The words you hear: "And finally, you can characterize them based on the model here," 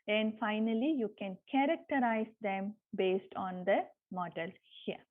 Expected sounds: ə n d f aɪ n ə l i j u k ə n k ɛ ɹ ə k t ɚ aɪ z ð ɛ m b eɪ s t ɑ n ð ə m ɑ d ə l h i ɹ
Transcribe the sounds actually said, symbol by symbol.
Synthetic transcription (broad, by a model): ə n d f aɪ n ə l i j u k ə n k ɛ ɹ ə k t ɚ aɪ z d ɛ m b eɪ s t ɑ n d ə m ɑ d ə l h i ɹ